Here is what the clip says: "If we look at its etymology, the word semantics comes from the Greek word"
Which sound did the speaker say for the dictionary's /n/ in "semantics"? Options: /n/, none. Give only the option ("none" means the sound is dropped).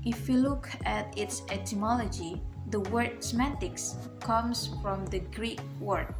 none